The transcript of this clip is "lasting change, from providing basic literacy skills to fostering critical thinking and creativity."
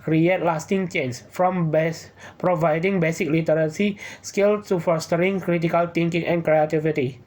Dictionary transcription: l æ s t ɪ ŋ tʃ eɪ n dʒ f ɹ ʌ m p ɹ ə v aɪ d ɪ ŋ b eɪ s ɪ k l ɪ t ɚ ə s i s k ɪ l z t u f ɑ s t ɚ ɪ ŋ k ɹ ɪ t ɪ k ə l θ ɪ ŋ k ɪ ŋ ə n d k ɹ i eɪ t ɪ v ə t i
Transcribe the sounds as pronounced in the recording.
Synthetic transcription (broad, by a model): l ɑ s t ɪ ŋ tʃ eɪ n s f ɹ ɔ m p ɹ ə v aɪ d ɪ ŋ b eɪ s ɪ k l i t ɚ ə s i s k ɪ l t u f ɑ s t ɚ ɪ ŋ k ɹ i t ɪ k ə l t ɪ ŋ k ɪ ŋ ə n k ɹ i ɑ t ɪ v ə t i